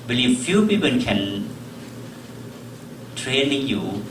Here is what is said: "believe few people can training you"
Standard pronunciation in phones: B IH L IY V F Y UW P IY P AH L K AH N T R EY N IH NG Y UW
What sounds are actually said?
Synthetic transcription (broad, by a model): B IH L IY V F Y UW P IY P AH N K AH N T R EY N IH NG Y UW